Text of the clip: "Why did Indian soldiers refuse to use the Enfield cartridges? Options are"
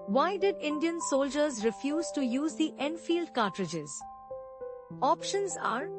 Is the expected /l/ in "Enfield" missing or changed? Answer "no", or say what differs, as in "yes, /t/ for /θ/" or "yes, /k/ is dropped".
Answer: no